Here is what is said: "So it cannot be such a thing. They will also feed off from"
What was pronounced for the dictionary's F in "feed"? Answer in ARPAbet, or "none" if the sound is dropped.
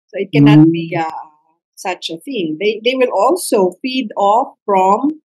F